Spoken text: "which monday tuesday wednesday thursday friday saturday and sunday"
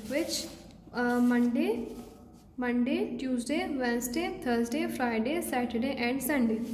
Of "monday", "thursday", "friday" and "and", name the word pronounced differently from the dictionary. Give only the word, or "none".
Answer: thursday